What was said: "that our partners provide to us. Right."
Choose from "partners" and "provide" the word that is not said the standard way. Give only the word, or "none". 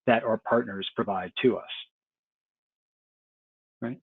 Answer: none